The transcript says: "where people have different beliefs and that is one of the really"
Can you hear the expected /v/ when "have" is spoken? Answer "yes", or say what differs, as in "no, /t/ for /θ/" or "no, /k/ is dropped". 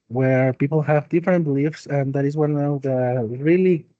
yes